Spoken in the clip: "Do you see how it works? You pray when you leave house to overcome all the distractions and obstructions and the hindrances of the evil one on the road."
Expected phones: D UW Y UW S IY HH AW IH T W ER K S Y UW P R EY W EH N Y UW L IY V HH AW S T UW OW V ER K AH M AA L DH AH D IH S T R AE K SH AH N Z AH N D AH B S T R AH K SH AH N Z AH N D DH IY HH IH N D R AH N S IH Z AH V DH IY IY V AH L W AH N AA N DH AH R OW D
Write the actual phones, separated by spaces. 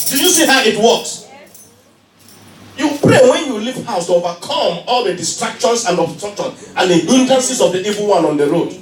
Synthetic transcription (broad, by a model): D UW Y UW S IY HH AW IH T W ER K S Y UW P R EY W EH N Y UW L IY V HH AW S T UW OW V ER K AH M AA L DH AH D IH S T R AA K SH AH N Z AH N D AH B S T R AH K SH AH N AH N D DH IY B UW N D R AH N S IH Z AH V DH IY IY V AH L W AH N AA N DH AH R OW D